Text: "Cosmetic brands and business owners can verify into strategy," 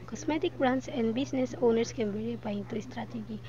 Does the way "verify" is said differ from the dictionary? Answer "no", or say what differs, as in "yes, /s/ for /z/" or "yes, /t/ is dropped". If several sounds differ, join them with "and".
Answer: yes, /p/ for /f/